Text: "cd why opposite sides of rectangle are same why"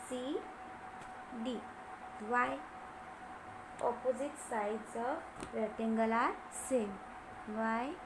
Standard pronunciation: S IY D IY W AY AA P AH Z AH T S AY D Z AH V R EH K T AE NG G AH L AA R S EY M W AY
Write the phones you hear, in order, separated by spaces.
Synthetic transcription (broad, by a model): S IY D IY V AY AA P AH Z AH T S AY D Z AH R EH T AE NG G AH L AA R S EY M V AY